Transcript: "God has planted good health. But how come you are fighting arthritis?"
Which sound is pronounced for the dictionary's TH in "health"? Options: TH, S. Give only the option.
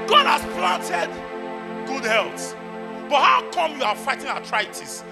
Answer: S